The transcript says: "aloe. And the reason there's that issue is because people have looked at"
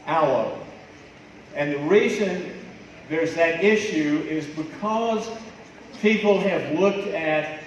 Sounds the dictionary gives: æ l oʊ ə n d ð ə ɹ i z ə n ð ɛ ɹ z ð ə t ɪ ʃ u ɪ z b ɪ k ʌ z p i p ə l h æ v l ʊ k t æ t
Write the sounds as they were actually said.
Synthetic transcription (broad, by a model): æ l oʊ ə n ð ə ɹ i z ə n ð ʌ ɹ z ð ə t ɪ ʃ u ɪ z b ɪ k ʌ z p i p l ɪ v l ʊ k t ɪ t